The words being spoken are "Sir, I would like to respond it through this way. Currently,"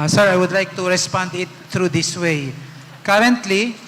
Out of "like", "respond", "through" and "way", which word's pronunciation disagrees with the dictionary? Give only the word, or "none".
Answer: through